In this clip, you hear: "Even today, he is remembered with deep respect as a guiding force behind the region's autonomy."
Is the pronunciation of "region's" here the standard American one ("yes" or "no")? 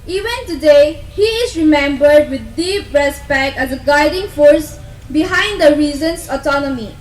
no